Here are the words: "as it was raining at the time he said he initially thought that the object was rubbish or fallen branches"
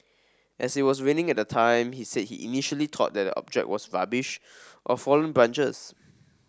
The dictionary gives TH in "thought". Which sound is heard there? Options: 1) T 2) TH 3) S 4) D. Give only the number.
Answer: 1